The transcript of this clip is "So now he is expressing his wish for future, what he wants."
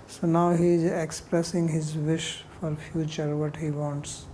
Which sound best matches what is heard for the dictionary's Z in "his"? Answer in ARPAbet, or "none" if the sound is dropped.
Z